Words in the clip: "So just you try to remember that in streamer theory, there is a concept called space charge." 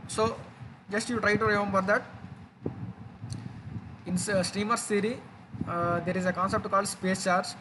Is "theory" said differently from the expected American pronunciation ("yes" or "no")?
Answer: yes